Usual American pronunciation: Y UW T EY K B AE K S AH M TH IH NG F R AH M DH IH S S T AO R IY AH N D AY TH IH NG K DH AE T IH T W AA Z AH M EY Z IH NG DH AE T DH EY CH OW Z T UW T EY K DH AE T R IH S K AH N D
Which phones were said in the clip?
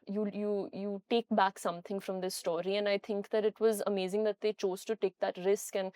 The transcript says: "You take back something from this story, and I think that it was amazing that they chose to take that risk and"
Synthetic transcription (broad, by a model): Y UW T EY K B AE K S AH M T IH NG F R AH M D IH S S T AO R IY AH N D AY T IH NG K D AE T IH T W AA Z AH M EY Z IH NG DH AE T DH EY CH OW Z T UW T EY K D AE T R IH S K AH N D